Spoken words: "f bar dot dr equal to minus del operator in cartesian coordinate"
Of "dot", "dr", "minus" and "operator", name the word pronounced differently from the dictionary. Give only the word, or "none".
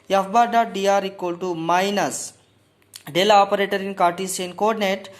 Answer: dr